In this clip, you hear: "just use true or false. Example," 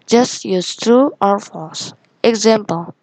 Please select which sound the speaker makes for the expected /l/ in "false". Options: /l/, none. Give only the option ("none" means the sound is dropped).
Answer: none